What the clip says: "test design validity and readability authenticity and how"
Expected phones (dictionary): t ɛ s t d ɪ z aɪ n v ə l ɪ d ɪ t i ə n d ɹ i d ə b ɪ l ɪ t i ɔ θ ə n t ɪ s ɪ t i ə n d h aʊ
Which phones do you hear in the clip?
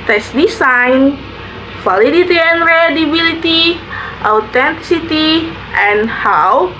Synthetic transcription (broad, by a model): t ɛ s d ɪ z aɪ n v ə l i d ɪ t i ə n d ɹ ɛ d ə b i l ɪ t i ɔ t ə n t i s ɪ t i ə n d h aʊ